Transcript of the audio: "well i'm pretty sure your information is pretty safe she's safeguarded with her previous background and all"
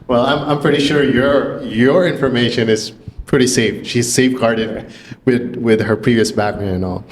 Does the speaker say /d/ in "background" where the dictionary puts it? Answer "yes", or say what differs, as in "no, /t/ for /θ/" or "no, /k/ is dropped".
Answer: no, /d/ is dropped